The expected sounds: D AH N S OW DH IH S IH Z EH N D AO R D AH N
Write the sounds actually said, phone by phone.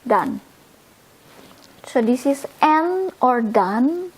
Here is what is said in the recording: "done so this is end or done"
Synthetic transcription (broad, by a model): D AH N S OW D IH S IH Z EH N AO R D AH N